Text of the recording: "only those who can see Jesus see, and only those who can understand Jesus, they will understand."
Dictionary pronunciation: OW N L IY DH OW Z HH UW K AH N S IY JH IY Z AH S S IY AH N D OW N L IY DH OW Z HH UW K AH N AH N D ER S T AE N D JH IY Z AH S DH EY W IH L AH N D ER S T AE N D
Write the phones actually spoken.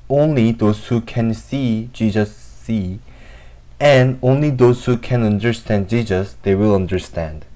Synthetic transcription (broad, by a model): OW N L IY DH OW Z HH UW K AH N S IY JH IY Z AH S S IY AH N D OW N L IY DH OW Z HH UW K AH N AH N D ER S T AE N D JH IY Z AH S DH EY W IH L AH N D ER S T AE N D